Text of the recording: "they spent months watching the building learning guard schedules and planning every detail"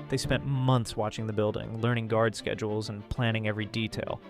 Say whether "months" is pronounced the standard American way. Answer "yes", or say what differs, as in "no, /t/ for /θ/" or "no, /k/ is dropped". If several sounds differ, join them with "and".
yes